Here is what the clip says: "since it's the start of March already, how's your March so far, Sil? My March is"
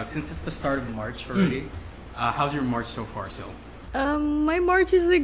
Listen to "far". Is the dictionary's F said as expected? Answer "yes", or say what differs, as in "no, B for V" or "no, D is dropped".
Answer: yes